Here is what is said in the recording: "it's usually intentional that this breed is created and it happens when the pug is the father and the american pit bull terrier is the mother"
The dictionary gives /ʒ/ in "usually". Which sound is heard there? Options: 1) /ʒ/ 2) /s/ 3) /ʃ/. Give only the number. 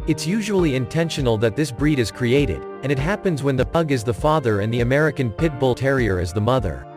1